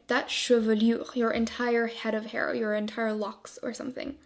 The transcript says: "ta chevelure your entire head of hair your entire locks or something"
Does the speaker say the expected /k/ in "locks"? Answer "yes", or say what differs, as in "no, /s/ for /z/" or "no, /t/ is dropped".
yes